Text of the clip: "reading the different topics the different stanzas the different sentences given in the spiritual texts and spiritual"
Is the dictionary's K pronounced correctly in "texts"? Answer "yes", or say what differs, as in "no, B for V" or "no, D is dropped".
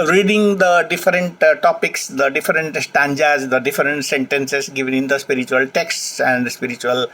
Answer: yes